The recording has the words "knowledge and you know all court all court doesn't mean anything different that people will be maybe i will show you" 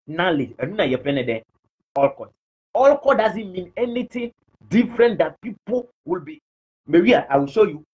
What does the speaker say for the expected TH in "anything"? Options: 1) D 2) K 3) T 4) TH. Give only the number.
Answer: 3